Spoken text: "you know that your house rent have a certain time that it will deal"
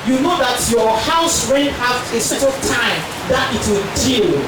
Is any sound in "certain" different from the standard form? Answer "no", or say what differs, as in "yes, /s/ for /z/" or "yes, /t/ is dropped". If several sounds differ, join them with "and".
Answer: yes, /l/ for /n/